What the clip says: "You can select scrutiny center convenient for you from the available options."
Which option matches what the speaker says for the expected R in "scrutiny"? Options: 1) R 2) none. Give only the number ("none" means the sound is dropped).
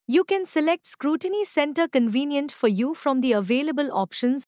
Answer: 1